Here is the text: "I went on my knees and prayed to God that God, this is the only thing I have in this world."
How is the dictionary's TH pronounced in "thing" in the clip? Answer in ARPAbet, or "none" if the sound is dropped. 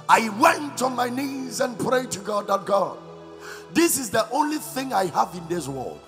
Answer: TH